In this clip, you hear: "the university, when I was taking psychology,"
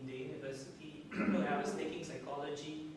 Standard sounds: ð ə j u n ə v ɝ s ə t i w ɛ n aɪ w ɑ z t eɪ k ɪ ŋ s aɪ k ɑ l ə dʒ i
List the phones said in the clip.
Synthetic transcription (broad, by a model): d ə j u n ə v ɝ s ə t i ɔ aɪ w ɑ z t eɪ k ɪ ŋ s aɪ k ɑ l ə dʒ i